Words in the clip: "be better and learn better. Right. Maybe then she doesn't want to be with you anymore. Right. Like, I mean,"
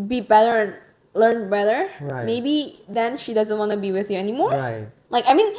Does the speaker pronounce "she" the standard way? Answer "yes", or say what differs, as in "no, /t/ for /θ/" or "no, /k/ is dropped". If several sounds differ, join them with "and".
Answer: yes